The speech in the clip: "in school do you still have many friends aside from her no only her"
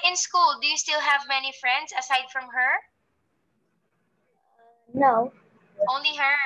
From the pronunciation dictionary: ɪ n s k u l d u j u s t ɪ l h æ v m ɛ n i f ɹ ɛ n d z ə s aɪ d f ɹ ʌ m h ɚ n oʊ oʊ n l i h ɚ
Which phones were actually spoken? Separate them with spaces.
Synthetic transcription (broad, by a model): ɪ n s k u l d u j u s t ɪ l h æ v m ɛ n i f ɹ ɛ n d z ə s aɪ d f ɹ ʌ m h ɚ n oʊ oʊ n l i h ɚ